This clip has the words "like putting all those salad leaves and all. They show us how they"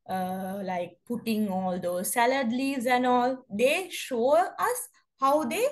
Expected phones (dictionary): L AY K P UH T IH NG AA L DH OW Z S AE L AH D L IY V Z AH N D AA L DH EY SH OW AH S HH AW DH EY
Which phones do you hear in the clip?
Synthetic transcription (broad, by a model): L AY K P UH T IH NG AA L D OW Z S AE L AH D L IY Z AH N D AA L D EY SH OW AH S HH AW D EY